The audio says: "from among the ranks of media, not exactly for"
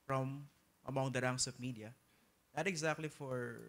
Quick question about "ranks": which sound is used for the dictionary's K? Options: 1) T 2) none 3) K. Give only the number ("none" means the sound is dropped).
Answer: 2